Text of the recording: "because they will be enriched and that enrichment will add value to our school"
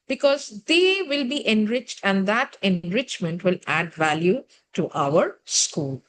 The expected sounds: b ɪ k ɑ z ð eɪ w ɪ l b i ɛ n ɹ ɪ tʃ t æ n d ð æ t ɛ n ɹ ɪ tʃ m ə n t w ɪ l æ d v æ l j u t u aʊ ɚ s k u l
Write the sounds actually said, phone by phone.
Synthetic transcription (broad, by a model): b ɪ k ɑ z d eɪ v ɪ l b i ɛ n ɹ ɪ tʃ t æ n d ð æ t ɛ n ɹ ɪ tʃ m ə n t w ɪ l æ d v æ l j u t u aʊ ɚ s k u l